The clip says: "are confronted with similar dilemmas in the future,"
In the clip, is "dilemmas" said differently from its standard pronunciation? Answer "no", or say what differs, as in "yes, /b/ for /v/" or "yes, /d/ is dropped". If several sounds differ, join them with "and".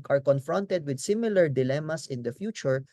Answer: yes, /s/ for /z/